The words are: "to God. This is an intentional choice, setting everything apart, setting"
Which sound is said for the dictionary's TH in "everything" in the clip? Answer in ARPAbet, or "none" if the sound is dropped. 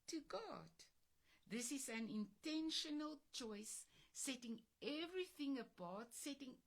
TH